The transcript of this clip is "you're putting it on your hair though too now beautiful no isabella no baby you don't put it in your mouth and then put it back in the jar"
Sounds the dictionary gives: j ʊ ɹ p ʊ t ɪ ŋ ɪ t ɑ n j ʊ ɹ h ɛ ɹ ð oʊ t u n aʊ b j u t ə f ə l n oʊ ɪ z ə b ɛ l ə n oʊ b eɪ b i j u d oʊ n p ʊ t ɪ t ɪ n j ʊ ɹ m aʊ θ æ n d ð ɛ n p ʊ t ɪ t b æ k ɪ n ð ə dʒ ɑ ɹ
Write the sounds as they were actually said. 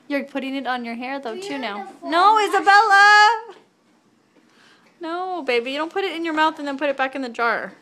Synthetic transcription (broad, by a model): j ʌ ɹ p ʊ t ɪ ŋ ɪ t n j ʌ ɹ h ɛ ɹ ð oʊ t u n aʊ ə ə n oʊ ɪ z ə b ɛ l ə n oʊ b eɪ b i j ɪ d oʊ n p ʊ t ɪ t ɪ n j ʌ ɹ m aʊ θ n ð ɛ n p ʊ t ɪ t b æ k ɪ n ð ə dʒ ɑ ɹ